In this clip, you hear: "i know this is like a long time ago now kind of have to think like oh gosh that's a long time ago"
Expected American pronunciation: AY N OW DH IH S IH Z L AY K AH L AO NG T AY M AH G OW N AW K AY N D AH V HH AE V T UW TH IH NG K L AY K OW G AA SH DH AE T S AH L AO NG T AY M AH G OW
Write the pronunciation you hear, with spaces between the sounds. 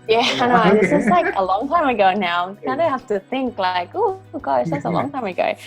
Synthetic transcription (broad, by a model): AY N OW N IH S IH S L AY K AH L AO NG T AY M AH G OW N AW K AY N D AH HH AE F T UW TH IH NG K L AY K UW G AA S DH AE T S AH L AO NG T AY M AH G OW